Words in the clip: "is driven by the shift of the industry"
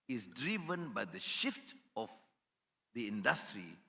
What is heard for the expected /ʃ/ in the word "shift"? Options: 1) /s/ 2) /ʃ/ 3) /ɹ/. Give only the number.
2